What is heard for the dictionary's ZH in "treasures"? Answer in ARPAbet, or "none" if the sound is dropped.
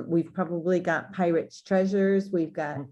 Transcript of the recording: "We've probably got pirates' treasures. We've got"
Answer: ZH